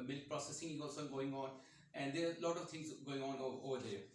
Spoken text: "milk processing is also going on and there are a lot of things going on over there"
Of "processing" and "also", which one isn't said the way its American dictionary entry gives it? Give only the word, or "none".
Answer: also